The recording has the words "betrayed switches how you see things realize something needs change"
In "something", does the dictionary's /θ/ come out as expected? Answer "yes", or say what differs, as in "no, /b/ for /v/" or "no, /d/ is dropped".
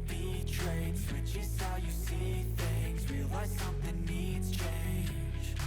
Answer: yes